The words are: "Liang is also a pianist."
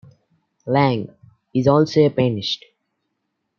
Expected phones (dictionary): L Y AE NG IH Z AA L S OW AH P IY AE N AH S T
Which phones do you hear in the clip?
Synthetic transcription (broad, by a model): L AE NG IH Z AA L S OW AH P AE N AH SH T